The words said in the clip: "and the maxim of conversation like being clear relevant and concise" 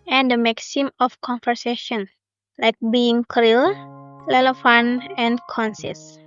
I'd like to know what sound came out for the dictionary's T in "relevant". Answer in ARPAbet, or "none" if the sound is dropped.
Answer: none